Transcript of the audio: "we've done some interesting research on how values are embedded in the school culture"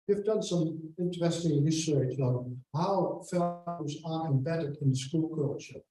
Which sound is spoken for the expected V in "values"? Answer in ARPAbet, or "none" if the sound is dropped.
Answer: F